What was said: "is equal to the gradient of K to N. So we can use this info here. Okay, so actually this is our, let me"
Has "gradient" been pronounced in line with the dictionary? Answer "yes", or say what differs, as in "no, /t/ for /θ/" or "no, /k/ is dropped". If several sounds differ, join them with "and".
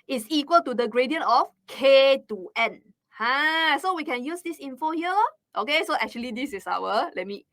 no, /t/ is dropped